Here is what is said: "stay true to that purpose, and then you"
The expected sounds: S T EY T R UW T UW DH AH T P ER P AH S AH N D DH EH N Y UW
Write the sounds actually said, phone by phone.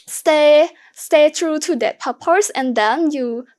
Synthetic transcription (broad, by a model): S T EY T R UW T UW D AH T P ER P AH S AH N D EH N Y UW